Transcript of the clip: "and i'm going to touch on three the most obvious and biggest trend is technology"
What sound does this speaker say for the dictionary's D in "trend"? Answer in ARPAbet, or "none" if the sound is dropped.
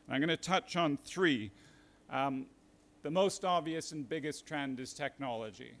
D